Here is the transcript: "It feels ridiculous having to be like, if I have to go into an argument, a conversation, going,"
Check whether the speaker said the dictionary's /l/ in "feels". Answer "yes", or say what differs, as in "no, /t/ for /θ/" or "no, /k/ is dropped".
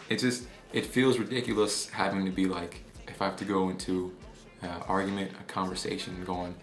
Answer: yes